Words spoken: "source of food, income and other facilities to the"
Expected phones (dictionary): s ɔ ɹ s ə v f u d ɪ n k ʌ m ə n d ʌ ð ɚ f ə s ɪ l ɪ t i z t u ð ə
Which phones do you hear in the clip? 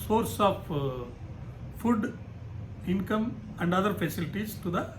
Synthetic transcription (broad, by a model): s ɔ ɹ s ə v f u d ɪ n k ʌ m ə n d ʌ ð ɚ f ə s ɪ l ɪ t i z t u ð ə